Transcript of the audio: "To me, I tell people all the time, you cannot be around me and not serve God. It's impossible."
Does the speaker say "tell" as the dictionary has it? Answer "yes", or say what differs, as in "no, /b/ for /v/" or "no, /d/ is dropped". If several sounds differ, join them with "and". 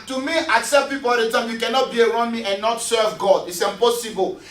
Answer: no, /s/ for /t/